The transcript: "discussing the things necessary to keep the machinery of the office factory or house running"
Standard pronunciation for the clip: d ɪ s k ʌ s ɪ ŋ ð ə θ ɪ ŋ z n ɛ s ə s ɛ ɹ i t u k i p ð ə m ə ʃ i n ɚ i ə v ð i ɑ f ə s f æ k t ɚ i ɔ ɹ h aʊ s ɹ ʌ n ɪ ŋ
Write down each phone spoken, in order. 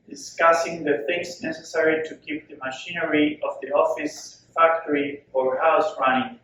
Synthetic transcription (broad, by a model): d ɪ s k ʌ s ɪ ŋ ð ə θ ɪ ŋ s n ɛ s ə s ɛ ɹ i t u k i p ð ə m ə ʃ i n ɚ i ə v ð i ɑ f ə s f æ k t ɚ i ɔ ɹ h aʊ s ɹ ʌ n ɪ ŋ